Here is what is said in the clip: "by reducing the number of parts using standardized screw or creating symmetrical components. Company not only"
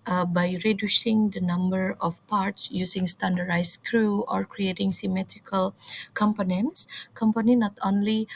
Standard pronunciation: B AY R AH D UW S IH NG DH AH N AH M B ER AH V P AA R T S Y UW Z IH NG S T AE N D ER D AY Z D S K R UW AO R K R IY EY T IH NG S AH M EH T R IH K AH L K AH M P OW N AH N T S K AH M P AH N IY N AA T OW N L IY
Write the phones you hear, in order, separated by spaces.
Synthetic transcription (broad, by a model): B AY R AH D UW S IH NG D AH N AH M B ER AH F P AA R T S Y UW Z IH NG S T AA N D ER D AY S K R UW AO R K R IY EY T IH NG S AH M EH T R IH K AH L K AH M P OW N AH N T S K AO M P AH N IY N AA T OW N L IY